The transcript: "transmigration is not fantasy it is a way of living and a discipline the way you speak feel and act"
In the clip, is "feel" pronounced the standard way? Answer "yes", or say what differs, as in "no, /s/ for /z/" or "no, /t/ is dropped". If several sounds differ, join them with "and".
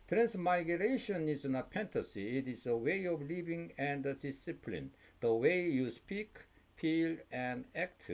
no, /p/ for /f/